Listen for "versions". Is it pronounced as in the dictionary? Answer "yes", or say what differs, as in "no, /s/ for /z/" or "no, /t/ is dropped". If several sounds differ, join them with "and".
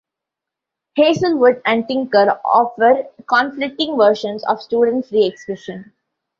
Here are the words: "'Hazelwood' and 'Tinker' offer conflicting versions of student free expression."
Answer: no, /ʃ/ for /ʒ/